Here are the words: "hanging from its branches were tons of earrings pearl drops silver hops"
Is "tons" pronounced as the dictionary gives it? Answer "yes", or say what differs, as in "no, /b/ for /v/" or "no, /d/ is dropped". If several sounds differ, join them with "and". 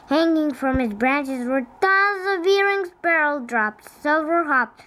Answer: no, /n/ is dropped